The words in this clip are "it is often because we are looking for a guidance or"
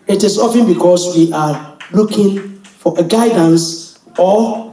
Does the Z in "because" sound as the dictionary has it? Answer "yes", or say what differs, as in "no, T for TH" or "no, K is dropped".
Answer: no, S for Z